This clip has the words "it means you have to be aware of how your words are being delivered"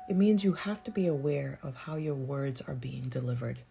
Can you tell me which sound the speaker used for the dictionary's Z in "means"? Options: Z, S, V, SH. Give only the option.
Z